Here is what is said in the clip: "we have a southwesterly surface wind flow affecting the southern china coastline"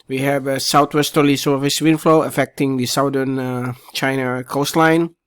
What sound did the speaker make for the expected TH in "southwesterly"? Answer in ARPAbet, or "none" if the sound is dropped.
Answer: T